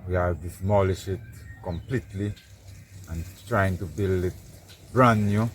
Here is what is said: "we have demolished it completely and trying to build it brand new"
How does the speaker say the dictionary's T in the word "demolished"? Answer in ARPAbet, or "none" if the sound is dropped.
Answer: none